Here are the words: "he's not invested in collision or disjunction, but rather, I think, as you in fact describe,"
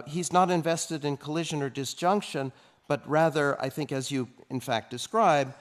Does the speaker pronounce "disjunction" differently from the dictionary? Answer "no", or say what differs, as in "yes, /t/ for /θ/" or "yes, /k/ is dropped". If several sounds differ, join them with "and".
no